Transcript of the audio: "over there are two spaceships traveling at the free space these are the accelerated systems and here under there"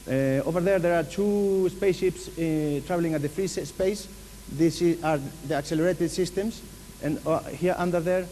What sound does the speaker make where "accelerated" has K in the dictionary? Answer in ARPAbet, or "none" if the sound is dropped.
K